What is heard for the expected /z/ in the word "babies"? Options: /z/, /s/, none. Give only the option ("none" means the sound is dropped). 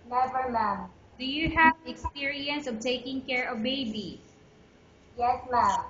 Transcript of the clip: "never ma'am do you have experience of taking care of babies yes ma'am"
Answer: none